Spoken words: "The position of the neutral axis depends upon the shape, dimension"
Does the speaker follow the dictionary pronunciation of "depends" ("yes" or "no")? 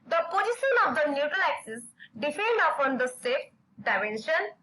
no